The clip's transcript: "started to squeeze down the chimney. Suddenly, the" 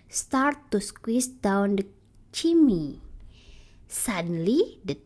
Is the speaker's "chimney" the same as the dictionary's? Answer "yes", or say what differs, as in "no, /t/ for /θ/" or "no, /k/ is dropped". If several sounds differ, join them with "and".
no, /n/ is dropped